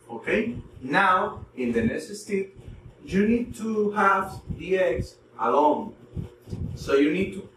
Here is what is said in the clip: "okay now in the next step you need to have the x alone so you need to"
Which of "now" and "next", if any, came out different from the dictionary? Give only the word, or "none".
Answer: next